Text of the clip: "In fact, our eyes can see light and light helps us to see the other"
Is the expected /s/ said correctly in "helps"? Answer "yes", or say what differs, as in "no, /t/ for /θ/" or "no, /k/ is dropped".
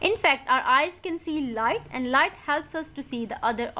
yes